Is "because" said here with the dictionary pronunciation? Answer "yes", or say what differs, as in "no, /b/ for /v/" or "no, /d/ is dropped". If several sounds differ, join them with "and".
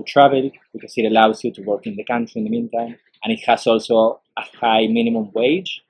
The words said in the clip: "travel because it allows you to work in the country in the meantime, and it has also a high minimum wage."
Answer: no, /s/ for /z/